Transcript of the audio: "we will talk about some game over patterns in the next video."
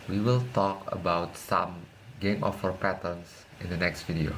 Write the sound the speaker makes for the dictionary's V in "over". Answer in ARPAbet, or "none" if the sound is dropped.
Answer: F